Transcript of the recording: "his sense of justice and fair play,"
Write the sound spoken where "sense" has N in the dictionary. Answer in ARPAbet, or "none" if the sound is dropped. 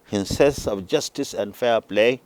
none